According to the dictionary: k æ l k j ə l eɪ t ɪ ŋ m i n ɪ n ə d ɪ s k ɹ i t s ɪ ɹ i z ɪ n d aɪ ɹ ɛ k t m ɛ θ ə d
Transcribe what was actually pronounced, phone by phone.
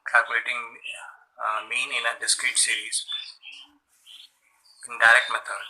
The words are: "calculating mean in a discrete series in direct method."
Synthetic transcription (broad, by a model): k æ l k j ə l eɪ t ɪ ŋ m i n ɪ n ə d ɪ s k ɹ i t s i ɹ i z ɪ n d aɪ ɹ ɛ k t m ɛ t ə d